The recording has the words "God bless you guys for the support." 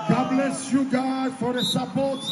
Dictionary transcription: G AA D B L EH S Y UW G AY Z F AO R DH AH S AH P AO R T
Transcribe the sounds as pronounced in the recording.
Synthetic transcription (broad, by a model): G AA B L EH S Y UW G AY F AO R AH S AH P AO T